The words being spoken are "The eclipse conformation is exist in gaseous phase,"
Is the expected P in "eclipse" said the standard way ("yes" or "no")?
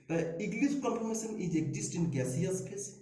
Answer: no